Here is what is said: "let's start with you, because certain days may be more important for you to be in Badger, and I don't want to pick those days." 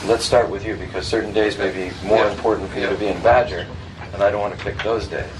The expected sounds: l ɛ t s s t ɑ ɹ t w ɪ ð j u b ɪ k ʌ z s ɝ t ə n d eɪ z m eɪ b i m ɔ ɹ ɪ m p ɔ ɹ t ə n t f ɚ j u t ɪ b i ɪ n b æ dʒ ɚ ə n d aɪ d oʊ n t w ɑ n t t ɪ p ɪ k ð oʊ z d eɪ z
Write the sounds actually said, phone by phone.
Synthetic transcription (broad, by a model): l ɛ t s s t ɑ ɹ t w ɪ ð j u b ɪ k ʌ z s ɝ t n d eɪ z m eɪ b i m ɔ ɹ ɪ m p ɔ ɹ t n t f ɚ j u t ɪ b i ɪ n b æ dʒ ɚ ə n aɪ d oʊ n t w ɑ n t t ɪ p ɪ k ð oʊ z d eɪ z